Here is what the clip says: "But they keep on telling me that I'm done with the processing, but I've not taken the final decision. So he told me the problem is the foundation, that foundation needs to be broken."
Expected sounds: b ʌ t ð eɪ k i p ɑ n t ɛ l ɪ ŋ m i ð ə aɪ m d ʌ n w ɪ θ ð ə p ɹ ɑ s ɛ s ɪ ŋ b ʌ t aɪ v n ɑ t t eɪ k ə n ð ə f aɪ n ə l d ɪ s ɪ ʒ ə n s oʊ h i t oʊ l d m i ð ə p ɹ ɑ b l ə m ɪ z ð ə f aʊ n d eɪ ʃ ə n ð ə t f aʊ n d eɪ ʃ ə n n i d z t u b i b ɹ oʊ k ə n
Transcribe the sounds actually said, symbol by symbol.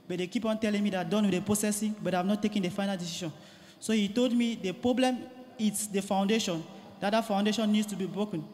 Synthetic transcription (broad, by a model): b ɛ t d eɪ k i p ɑ n t ɛ l ɪ ŋ m i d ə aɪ d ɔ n w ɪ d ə p ɹ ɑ s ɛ s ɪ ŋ b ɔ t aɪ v n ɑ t t eɪ k ə n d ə f aɪ n ə l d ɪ s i ʃ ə n s oʊ h i t oʊ l d m i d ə p ɹ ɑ b l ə m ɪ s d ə f aʊ n d eɪ ʃ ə n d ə t f aʊ n d eɪ ʃ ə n n i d s t u b i b ɹ oʊ k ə n